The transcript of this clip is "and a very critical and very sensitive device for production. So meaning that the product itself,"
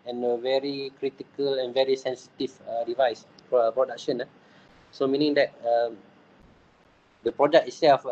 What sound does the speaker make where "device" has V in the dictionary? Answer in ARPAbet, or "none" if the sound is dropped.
V